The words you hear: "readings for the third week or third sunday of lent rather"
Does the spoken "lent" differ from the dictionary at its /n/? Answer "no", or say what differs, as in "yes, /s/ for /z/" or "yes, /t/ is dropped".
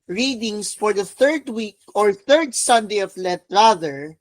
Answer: yes, /n/ is dropped